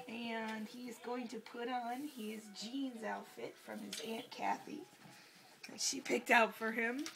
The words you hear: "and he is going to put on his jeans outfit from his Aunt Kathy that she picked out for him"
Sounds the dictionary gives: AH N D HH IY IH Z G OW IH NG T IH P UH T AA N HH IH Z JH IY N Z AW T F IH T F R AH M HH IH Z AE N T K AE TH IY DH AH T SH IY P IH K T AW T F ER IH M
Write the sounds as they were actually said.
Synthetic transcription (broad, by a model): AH N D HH IY IH Z G OW IH NG T IH P UH T N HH IH Z JH IY N Z AW T F IH T F R AH M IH Z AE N K AE TH IY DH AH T SH IY P IH K T AW T F ER IH M